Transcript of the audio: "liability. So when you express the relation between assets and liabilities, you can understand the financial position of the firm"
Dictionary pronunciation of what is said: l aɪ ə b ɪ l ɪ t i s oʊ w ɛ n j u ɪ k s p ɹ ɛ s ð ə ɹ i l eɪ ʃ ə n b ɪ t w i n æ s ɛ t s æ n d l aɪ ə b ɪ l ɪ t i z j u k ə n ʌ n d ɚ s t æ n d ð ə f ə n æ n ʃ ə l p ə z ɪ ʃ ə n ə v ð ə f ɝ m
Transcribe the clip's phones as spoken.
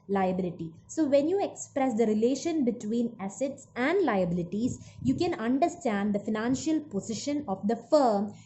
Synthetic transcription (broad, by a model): l aɪ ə b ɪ l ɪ t i s oʊ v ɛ n j u ɪ k s p ɹ ɛ s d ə ɹ i l eɪ ʃ ə n b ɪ t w i n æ s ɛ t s æ n d l aɪ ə b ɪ l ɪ t i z j u k ə n ʌ n d ɚ s t æ n d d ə f ə n æ n ʃ ə l p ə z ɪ ʃ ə n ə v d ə f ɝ m